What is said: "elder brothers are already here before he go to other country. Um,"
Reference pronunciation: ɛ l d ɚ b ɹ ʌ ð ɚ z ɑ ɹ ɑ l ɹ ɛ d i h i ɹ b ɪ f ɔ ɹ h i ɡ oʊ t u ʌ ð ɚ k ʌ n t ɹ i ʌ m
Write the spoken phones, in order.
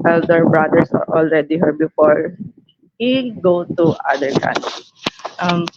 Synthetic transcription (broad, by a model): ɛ l d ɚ b ɹ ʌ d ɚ s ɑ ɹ ɑ l ɹ ɛ d i h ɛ ɹ b ɪ f ɔ ɹ h i ɡ oʊ t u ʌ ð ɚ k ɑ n t i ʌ m